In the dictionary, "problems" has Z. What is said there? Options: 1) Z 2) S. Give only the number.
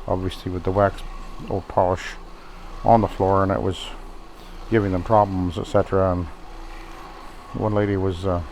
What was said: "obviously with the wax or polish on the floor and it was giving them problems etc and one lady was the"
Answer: 1